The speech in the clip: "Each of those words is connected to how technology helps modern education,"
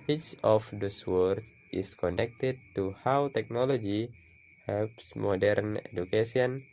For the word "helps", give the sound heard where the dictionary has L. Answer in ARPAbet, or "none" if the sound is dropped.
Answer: L